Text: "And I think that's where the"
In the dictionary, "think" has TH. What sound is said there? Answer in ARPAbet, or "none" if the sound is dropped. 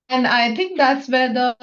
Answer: T